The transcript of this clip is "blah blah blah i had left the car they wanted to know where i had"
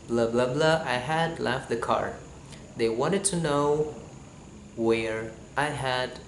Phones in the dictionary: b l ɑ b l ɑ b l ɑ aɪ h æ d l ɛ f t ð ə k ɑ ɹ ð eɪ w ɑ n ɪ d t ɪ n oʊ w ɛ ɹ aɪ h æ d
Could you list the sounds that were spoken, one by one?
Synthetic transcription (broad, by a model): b l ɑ b l ɑ b l ɑ aɪ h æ d l ɛ f t ð ə k ɑ ɹ ð eɪ w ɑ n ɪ d t ɪ n oʊ w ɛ ɹ aɪ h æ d